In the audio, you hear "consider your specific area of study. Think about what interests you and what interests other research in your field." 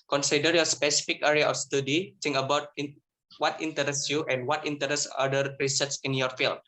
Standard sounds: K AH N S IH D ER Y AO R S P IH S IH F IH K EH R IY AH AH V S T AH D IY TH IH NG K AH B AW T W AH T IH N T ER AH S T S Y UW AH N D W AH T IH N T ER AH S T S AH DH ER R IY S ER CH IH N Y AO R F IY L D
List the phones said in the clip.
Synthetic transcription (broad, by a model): K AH N S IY D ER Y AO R S P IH S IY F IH K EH R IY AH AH F S T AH D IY T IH NG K AH B AW T W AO T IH N T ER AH S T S Y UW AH N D W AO T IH N T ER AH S S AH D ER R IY S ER S IH N Y AO R F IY L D